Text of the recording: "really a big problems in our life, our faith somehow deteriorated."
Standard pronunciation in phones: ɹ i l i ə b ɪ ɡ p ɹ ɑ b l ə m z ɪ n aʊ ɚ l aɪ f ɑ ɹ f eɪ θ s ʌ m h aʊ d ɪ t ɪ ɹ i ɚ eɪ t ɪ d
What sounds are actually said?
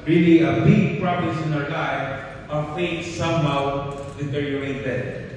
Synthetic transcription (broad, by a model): ɹ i l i ə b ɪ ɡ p ɹ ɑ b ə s ɪ n aʊ ɚ l aɪ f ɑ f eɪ t s ʌ m h aʊ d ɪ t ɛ ɹ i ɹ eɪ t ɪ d